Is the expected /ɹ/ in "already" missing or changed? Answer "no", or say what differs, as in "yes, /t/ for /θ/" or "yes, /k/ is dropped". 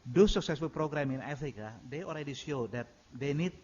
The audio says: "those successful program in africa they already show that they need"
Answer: yes, /l/ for /ɹ/